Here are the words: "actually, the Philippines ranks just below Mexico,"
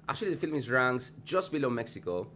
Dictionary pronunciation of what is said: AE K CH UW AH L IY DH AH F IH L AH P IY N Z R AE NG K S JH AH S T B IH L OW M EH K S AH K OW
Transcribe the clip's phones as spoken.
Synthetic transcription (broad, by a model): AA K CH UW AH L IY DH AH F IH L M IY Z R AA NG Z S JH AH S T B IH L OW M EH K S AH K OW